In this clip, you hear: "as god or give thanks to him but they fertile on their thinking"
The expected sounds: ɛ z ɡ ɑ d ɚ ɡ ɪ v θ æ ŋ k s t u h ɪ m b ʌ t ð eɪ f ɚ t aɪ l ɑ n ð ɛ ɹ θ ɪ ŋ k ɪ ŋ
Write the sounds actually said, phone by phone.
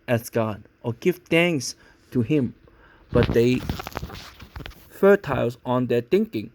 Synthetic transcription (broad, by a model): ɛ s ɡ ɑ d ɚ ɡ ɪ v t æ ŋ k s t u h ɪ m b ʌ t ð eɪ f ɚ t aɪ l ɑ n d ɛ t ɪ ŋ k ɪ ŋ